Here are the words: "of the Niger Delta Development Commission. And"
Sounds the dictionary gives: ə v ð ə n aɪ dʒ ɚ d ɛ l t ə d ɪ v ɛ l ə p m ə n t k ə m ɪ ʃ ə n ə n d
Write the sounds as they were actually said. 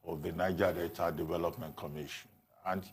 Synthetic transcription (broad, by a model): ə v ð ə n aɪ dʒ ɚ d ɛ t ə d ɪ v ɛ l ə p m ə n t k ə m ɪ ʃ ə n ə n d